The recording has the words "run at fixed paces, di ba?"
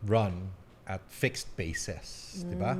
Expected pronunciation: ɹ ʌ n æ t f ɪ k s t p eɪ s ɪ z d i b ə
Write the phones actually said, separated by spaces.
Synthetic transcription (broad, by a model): ɹ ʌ n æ t f ɪ k s t b eɪ s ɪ s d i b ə